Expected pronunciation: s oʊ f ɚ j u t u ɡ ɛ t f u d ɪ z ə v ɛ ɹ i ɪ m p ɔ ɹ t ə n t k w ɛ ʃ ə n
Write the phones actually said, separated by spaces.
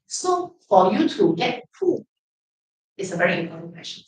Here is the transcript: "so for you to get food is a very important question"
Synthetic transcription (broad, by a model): s oʊ f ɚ j u t u ɡ ɛ t p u ɪ s ə v ɛ ɹ i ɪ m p ɔ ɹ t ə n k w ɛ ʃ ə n